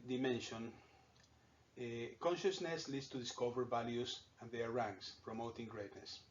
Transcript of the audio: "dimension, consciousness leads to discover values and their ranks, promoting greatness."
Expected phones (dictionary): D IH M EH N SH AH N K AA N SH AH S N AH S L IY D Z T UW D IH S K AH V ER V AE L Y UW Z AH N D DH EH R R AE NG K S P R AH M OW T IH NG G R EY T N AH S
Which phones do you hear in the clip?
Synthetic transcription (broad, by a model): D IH M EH N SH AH N K AA N SH AH S N AH S L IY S T UW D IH S K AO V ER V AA L Y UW S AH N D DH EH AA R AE NG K S P R AH M OW T IH NG G R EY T N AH S